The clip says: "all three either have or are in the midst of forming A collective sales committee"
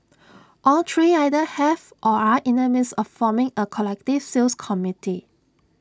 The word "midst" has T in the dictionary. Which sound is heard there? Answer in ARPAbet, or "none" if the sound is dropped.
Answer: none